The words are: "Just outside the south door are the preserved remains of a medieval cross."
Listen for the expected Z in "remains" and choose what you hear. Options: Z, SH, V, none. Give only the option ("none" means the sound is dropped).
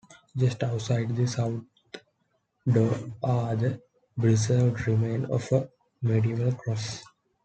none